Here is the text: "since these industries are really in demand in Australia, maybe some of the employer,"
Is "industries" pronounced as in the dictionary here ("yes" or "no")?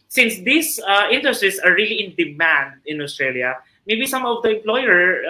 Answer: no